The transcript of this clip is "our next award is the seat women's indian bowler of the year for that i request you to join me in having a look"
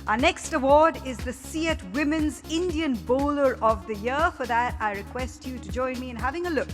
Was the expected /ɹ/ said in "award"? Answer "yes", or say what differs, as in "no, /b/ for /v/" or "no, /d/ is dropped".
yes